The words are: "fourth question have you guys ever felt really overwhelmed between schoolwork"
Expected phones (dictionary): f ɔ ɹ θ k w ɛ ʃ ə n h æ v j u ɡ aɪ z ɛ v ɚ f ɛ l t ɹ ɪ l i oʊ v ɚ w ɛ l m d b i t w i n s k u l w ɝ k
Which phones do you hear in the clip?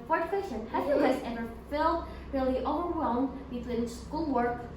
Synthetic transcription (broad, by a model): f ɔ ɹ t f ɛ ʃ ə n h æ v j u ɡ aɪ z ɛ v ɚ f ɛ l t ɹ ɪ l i oʊ v ɚ w ɛ l m d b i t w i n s k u l w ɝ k